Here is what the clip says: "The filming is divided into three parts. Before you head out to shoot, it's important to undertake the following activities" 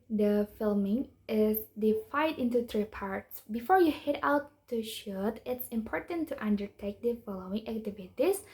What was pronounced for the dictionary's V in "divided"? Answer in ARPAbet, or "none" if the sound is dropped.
F